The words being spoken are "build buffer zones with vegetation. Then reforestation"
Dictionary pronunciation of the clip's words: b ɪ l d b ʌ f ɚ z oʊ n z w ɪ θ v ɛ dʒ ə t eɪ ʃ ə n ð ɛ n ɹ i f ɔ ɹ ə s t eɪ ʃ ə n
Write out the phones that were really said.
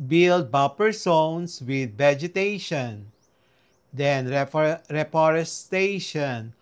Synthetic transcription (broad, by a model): b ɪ l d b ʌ p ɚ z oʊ n s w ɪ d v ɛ dʒ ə t eɪ ʃ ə n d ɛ n ɹ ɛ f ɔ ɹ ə s t eɪ ʃ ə n